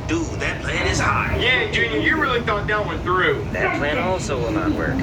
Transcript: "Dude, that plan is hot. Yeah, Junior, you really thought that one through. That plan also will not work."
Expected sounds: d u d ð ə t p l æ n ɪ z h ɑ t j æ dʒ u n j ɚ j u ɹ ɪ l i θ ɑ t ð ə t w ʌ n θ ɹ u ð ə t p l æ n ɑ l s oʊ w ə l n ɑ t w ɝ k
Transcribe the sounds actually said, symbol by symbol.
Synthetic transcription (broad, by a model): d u ð ə t p l æ n ɪ z h ɑ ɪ j æ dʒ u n j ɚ ɹ ɪ l i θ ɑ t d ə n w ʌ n θ ɹ u ð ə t p l æ n ɑ l s oʊ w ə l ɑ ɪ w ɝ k